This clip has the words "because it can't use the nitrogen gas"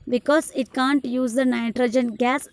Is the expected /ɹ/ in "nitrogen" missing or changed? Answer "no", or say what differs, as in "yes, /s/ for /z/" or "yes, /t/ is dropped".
no